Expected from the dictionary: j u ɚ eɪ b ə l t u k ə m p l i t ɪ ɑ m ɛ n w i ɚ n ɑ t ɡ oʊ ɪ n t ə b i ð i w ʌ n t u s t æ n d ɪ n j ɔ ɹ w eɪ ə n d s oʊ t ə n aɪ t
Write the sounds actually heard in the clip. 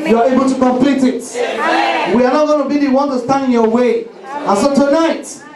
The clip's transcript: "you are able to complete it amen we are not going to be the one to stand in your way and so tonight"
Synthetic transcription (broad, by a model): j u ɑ eɪ b ə l t u k ə m p l i t ɪ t w i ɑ n ɑ t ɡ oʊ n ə b i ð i w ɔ n t u s t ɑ n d ɪ n j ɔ w eɪ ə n s oʊ t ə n aɪ t